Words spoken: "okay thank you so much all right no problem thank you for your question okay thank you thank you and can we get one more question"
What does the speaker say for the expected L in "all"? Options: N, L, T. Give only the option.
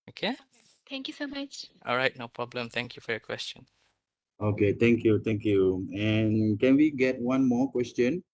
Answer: L